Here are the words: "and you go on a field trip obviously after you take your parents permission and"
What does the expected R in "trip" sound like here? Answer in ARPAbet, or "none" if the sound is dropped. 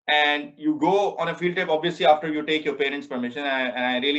none